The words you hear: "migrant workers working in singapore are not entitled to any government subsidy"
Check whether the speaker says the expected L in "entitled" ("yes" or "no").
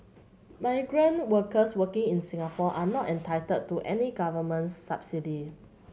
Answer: no